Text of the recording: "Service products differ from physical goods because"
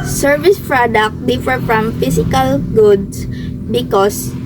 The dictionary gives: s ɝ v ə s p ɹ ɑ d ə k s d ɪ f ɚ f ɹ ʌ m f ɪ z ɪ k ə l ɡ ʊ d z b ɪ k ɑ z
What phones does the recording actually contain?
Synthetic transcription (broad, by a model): s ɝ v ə s p ɹ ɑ d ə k d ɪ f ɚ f ɹ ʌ m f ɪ s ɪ k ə l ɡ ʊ d s b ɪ k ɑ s